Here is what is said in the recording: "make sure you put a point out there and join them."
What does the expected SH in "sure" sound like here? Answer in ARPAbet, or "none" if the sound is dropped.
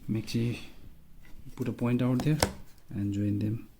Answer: S